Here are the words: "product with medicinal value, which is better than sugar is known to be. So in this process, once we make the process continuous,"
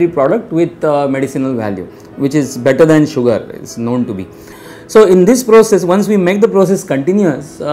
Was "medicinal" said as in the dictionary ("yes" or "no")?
yes